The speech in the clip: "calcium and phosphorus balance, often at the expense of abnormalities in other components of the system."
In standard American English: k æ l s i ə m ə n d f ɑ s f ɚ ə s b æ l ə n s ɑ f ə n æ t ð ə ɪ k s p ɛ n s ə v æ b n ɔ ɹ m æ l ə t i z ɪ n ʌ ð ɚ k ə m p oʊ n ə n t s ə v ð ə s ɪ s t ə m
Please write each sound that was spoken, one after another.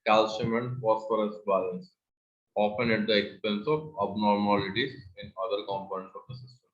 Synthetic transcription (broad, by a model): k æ l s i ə m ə n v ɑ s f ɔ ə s b æ l ə n s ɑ p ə n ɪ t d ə ɪ k s p ɛ n s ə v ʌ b n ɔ ɹ m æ l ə t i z ɪ n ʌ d ɚ k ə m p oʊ ə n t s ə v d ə s ɪ s t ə m